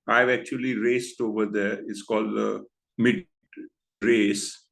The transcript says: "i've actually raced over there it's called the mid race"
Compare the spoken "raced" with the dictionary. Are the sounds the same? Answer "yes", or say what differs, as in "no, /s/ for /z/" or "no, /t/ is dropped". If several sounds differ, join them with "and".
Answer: yes